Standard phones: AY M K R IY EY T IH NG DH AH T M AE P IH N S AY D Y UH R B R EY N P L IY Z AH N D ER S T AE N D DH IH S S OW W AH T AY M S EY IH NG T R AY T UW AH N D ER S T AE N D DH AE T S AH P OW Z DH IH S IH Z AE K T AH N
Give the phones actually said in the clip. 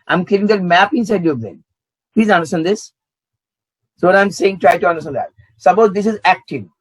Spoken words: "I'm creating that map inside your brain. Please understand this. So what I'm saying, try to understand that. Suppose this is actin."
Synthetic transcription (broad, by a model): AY M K IY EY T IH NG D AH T M AE P IH N S AY D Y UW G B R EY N P L IY Z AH N D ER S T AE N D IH S S OW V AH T AY M S EY IH NG T R AY T UW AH N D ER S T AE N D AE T S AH B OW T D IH S IH Z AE K T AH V